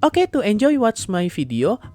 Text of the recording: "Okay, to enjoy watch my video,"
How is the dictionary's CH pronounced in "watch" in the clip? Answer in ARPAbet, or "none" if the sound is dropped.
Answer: S